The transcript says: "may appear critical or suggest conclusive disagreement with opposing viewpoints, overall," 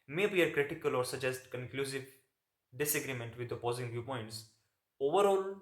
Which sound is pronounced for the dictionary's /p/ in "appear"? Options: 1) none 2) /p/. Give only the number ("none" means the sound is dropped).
1